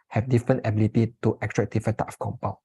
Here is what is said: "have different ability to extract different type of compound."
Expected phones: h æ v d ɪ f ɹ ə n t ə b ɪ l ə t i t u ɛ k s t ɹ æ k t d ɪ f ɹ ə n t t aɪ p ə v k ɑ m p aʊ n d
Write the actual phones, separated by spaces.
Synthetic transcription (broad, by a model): h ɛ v d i f ɹ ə n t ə b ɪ l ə t i t u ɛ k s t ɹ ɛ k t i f ə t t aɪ ə f k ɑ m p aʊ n